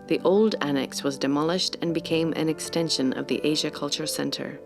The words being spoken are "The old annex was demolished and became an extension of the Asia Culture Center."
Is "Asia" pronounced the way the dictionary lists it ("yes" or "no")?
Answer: yes